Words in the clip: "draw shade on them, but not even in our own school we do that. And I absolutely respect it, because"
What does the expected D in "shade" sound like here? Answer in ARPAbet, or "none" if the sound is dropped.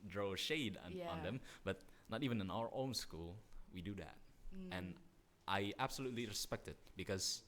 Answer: D